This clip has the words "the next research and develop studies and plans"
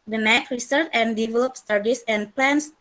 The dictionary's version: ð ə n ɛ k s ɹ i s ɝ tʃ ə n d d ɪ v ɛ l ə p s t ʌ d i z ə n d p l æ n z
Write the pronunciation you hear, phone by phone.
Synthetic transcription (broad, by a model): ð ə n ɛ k ɹ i s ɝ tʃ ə n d d ɪ v ɛ l ə p s t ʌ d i s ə n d p l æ n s